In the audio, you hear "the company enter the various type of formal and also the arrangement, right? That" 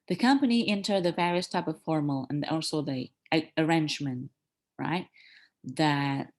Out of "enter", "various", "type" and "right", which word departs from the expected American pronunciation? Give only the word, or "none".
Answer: none